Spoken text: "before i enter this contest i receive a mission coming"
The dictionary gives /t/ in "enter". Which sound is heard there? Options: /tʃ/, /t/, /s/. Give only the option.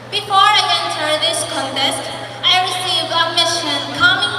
/s/